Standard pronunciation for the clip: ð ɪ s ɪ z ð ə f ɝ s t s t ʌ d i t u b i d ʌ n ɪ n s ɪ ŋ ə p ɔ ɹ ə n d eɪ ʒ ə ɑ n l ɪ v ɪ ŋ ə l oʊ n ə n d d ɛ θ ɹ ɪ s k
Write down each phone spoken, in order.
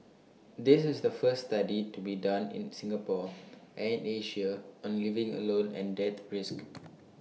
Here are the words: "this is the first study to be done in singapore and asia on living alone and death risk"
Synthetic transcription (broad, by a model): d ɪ s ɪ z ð ə f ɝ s s t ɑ d i t u b i d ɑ n ɪ n s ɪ ŋ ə p ɔ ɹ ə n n eɪ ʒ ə ɑ n l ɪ v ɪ ŋ ə l oʊ n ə n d d ɛ t ɹ ɪ s k